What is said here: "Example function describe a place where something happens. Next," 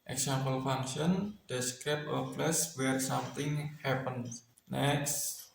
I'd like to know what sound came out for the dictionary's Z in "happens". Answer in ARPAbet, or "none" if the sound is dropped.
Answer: none